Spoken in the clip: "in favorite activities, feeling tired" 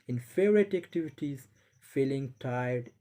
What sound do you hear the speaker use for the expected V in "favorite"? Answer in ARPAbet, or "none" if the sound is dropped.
none